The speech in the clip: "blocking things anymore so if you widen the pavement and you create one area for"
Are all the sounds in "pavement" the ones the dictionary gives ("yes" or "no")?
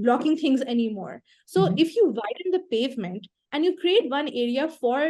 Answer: yes